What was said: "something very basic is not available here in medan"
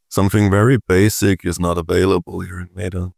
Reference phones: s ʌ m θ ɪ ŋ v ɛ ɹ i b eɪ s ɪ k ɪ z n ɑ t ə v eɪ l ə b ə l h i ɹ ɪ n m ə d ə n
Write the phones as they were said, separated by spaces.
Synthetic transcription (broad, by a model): s ʌ m θ ɪ ŋ v ɛ ɹ i b eɪ s ɪ k ɪ z n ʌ t ə v eɪ l ə b ə l h i ɹ ɪ n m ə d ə